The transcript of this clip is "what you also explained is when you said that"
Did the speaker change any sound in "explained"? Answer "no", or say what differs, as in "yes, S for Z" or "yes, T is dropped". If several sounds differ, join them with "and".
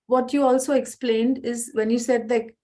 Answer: no